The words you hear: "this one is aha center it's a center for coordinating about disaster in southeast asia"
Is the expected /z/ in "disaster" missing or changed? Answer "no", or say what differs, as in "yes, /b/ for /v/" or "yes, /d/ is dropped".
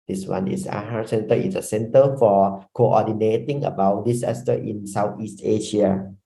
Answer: yes, /s/ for /z/